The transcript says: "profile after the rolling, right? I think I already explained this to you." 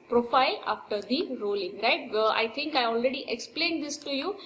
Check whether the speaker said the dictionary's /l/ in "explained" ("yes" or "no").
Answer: yes